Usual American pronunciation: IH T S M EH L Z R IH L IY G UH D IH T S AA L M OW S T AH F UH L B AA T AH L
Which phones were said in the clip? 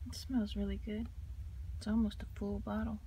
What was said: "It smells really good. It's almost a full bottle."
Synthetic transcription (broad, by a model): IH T S M EH L Z R IH L IY G UH D IH T S AA L M OW S T AH P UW L B AA T L